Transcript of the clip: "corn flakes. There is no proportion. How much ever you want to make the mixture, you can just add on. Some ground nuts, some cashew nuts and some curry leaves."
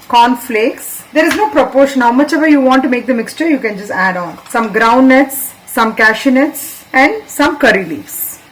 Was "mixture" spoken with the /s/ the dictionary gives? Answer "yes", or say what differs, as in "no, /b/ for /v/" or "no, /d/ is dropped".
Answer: yes